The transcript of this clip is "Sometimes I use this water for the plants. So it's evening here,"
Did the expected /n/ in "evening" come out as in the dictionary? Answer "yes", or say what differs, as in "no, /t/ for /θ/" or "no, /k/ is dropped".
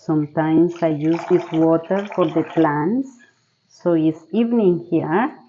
yes